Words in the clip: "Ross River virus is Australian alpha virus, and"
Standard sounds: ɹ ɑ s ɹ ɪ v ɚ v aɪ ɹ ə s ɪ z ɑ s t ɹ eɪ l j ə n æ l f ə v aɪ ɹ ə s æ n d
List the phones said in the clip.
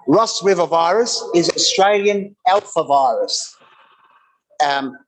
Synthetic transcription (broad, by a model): ɹ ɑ s w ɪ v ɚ v aɪ ɹ ə s ɪ z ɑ s t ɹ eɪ l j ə n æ l f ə v aɪ ɹ ə s